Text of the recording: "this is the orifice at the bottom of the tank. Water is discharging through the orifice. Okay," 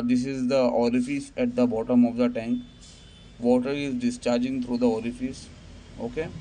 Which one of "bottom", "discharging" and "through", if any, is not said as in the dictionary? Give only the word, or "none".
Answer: through